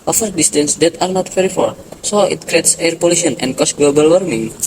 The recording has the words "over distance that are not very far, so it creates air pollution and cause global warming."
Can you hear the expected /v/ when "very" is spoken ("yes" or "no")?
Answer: no